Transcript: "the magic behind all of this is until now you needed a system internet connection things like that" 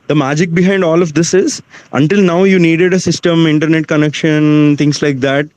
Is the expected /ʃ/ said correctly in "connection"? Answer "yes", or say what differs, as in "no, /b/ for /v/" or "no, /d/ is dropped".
yes